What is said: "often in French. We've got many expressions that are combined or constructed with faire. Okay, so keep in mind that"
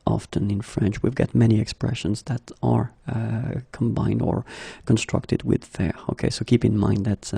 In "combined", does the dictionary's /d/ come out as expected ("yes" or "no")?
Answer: yes